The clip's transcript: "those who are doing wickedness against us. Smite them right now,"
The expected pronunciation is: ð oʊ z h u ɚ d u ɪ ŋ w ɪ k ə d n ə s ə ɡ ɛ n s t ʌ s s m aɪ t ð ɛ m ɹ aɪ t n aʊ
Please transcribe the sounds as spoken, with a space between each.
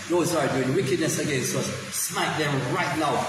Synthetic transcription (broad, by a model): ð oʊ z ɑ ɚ d u ɪ ŋ w ɪ k ə d n ə s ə ɡ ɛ n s ɔ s s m aɪ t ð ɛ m ɹ aɪ t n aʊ